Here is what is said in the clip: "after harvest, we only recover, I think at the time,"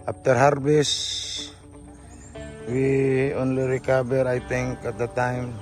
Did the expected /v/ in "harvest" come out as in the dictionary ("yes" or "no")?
no